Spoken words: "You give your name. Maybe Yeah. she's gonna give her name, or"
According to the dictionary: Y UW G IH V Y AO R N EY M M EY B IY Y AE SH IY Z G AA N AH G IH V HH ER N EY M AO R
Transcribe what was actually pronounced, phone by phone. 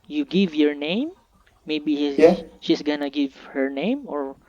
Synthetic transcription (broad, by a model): Y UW G IH V Y AO R N EY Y M EY B IY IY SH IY S G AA N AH G IH V HH ER N EY M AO R